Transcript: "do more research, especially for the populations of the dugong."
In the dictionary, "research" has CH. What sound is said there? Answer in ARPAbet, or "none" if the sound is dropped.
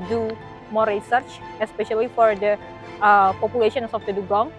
CH